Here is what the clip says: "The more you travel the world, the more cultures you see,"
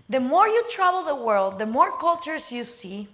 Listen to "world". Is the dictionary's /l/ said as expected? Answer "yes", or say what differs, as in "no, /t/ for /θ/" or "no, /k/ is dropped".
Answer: yes